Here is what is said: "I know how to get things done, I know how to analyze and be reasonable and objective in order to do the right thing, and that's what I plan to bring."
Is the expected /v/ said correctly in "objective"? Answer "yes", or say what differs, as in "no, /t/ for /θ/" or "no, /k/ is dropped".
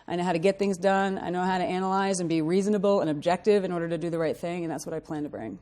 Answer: yes